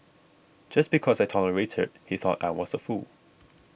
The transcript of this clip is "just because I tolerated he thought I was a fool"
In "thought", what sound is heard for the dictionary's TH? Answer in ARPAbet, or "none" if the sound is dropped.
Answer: TH